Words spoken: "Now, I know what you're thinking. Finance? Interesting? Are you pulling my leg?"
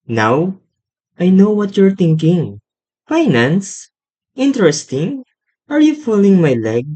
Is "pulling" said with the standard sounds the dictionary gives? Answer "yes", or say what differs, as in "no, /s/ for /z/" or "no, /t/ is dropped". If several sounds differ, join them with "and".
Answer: no, /f/ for /p/